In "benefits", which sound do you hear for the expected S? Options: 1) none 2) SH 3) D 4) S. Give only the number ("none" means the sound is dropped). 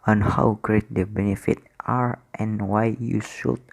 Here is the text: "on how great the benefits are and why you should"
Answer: 1